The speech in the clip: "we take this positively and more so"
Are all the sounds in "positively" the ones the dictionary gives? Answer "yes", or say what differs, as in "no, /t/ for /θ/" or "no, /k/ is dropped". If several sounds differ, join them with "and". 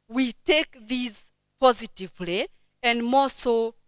yes